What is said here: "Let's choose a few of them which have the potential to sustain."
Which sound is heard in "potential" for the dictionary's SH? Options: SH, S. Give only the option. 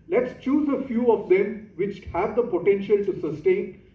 SH